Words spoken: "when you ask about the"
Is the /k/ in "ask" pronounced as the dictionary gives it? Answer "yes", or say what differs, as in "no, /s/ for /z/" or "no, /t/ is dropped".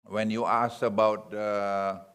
no, /k/ is dropped